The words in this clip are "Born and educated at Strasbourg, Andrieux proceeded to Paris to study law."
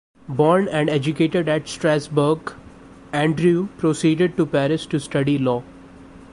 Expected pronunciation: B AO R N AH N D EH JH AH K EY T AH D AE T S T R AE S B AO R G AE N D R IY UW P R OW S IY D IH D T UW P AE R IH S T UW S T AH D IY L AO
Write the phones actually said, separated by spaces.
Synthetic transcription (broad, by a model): B AO R N AH N D EH JH AH K EY T AH D AE T S T R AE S B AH R G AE N D R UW P R OW S IY D IH D T UW P AE R IH S T UW S T AH D IY L AO